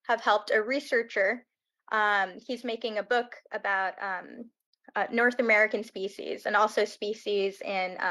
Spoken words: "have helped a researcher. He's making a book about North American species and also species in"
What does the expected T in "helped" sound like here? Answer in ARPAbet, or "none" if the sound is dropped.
T